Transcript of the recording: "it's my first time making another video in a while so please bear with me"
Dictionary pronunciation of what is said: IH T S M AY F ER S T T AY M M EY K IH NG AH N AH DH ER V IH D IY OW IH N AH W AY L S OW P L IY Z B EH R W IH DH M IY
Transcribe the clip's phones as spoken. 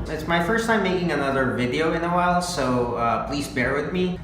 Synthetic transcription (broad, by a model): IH T S M AY F ER S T T AY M M EY K IH NG AH N AH DH ER V IH D IY OW IH N AH W AY L S OW P L IY Z B EH R W IH DH M IY